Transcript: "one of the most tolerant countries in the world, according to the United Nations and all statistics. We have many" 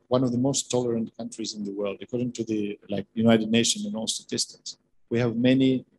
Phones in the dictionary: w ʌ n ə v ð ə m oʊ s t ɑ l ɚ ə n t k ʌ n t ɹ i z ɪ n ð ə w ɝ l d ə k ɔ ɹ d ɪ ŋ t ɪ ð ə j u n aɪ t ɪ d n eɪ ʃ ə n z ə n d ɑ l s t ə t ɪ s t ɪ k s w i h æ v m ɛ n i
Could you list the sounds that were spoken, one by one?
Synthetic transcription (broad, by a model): w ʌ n ə v ð ə m oʊ s t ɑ l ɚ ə n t k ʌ n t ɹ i z ɪ n ð ə w ɝ l d ə k ɔ ɹ d ɪ ŋ t ɪ ð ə j u n aɪ t ɪ d n eɪ ʃ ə n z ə n ɑ l s t ə t ɪ s t ɪ k s w i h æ v m ɛ n i